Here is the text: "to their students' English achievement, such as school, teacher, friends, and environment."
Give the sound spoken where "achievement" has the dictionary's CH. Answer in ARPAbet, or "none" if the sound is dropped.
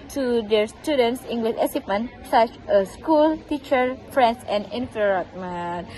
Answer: S